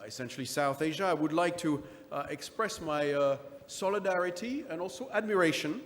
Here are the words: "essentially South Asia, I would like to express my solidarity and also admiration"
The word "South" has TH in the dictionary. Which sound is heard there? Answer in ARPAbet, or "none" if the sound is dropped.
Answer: TH